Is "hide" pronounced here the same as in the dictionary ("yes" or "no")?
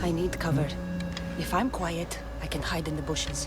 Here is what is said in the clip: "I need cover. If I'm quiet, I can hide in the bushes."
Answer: yes